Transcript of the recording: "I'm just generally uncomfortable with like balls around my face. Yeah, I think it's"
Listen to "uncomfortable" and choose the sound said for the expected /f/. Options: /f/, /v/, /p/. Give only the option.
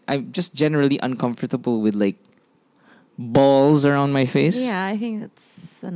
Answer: /f/